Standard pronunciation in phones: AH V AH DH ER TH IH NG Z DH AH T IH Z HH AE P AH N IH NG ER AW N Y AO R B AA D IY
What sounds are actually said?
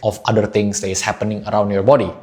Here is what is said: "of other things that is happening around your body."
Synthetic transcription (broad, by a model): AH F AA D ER T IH NG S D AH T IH S HH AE P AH N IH NG ER AW N Y AO R B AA D IY